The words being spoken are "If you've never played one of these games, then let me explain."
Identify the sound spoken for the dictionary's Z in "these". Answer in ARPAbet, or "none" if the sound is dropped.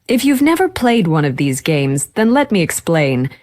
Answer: Z